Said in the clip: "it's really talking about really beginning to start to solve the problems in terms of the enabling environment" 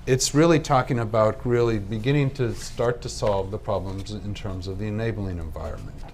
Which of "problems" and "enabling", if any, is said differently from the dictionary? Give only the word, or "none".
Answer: none